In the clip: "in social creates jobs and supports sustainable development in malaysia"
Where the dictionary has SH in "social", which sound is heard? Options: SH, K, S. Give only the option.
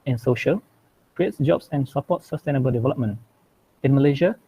SH